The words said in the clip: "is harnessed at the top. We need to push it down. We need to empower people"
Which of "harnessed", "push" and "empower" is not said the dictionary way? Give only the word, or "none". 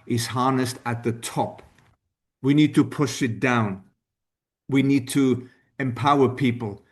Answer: none